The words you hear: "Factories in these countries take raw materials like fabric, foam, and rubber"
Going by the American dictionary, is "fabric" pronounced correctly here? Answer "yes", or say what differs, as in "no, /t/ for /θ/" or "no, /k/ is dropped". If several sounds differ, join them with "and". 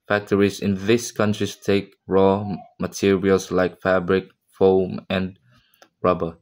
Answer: yes